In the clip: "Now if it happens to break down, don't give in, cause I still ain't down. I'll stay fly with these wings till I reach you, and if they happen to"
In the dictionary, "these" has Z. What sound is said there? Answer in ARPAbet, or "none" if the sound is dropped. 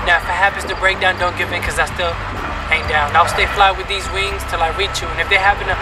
Z